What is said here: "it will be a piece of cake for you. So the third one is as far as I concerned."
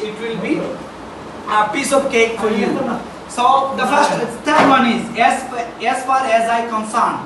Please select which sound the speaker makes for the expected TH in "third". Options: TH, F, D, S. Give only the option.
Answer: F